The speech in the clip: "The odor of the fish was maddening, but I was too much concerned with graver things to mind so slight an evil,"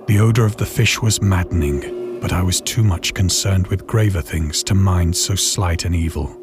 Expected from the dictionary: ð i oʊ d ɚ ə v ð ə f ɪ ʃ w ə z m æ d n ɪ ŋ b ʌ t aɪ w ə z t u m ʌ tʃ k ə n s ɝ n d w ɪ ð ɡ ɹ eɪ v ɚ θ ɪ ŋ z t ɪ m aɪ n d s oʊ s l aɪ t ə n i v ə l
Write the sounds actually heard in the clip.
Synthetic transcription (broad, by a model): ð i oʊ d ɚ ə v ð ə f ɪ ʃ w ə z m æ d n ɪ ŋ b ʌ t aɪ w ə z t u m ʌ tʃ k ə n s ɝ n d w ɪ ð ɡ ɹ eɪ v ɚ θ ɪ ŋ z t ɪ m aɪ n d s oʊ s l aɪ t ə n i v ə l